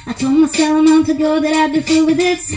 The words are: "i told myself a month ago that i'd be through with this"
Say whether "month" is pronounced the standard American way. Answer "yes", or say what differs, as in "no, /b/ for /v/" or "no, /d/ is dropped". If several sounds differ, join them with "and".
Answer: no, /t/ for /θ/